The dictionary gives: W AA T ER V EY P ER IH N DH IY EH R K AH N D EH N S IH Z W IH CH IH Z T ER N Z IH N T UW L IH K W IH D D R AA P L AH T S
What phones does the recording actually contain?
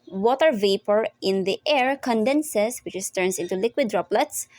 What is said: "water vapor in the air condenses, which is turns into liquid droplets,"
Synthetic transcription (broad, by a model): W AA T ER V EY P ER IH N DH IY EH R K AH N D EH N S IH S W IH CH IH S T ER N S IH N T UW L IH K W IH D D R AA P L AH T S